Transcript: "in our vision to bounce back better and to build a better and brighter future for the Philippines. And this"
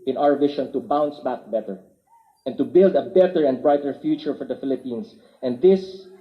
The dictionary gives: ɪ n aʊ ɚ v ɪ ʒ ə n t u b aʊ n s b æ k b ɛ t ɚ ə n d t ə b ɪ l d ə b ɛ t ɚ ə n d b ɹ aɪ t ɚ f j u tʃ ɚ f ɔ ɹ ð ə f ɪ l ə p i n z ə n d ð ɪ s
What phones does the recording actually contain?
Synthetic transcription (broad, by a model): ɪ n aʊ ɚ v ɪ ʃ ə n t u b aʊ n s b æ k b ɛ t ɚ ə n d t ə b ɪ l d ə b ɛ t ɚ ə n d b ɹ aɪ t ɚ f j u tʃ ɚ f ɔ ɹ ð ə f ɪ l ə p i n s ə n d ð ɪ s